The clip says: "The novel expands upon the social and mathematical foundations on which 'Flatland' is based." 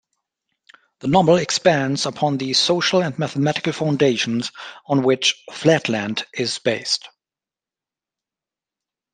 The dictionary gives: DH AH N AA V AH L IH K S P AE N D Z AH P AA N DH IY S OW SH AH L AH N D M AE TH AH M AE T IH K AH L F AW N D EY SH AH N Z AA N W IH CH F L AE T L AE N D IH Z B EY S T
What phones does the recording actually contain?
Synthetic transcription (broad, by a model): DH AH N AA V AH L IH K S P AE N D Z AH P AA N DH IY S OW SH AH L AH N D M AE TH AH M AE T IH K AH L F AW N D EY SH AH N Z N W IH CH F L AE T L AE N D IH Z B EY S T